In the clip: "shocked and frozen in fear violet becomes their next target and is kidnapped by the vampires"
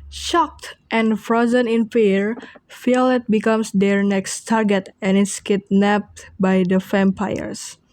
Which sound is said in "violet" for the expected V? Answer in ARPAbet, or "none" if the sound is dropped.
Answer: F